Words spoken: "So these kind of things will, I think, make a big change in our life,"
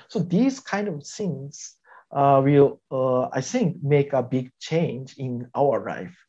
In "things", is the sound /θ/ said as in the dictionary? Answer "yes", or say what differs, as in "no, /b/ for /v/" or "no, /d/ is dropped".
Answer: no, /s/ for /θ/